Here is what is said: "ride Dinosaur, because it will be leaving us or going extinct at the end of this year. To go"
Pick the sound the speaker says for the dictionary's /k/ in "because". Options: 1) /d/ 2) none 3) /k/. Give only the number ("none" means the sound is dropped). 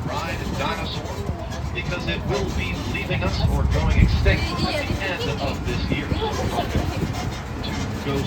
3